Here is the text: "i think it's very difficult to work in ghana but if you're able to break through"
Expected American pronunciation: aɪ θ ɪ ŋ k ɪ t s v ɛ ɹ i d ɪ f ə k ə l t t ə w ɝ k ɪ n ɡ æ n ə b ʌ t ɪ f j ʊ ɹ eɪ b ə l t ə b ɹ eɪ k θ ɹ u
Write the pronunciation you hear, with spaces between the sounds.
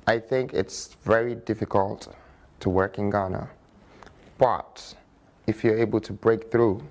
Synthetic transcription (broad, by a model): aɪ θ ɪ ŋ k ɪ t s v ɛ ɹ i d ɪ f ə k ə l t t ə w ɝ k ɪ n ɡ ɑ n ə b ʌ t ɪ f j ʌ ɹ eɪ b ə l t ə b ɹ eɪ k θ ɹ u